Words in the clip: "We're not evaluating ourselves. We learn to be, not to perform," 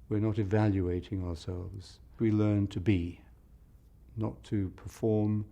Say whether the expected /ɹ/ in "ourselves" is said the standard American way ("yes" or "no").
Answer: yes